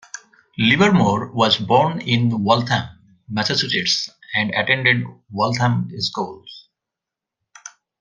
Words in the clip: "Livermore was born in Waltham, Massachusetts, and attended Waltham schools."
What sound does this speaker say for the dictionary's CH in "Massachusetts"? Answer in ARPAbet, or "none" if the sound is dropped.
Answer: S